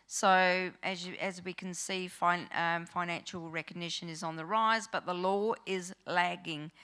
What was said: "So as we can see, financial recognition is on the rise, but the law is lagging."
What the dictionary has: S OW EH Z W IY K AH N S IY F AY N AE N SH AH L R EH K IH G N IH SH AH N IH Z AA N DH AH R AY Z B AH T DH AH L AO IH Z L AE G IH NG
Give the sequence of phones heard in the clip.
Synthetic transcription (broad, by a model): S OW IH Z W IY K AH N S IY F AY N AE N SH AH L R EH K IH G N IH SH AH N IH Z N DH AH R AY Z B AH T DH AH L AO IH Z L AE G IH NG